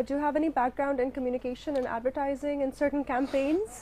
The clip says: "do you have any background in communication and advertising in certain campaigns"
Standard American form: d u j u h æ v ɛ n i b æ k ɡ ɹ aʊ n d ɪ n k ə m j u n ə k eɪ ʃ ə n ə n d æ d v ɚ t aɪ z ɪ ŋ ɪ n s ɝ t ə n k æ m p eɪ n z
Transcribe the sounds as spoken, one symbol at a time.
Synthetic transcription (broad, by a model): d j u h æ v ɛ n i b æ k ɡ ɹ aʊ n d ɪ n k ə m j u n ə k eɪ ʃ ə n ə n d æ d v ɚ t aɪ z ɪ ŋ ɪ n s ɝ t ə n k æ m p eɪ n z